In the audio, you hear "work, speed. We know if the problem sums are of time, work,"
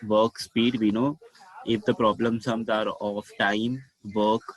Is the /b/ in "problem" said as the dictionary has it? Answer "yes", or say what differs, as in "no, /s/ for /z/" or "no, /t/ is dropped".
yes